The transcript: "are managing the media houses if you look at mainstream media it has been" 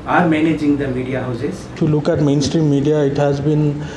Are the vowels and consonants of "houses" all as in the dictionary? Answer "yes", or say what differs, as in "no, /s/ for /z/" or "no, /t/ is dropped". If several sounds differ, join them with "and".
no, /s/ is dropped